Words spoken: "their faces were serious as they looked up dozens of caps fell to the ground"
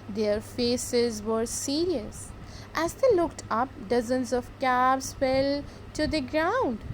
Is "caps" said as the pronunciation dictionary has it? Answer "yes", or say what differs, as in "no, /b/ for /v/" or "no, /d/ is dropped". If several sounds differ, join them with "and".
no, /b/ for /p/